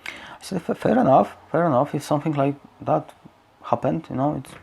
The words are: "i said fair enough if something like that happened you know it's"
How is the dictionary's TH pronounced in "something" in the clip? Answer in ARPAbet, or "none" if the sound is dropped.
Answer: TH